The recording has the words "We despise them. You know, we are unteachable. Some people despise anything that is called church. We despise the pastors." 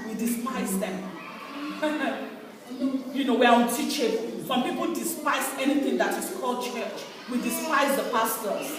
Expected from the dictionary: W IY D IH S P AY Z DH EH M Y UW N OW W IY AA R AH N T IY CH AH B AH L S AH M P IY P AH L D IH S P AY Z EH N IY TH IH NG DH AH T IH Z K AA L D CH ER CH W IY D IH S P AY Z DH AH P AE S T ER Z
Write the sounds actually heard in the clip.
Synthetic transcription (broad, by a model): W IY D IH S P AY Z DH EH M Y UW N OW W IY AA W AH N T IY CH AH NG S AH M P IY P AH L D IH S P AY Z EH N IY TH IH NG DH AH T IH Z K AA L D CH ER CH W IY D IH S P AY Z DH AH P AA S T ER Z